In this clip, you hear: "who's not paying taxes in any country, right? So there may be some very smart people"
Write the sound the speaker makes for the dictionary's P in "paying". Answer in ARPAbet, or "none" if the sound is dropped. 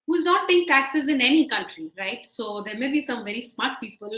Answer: B